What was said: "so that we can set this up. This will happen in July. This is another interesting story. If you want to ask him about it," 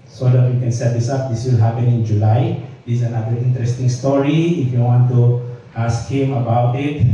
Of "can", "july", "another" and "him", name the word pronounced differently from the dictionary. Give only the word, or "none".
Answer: another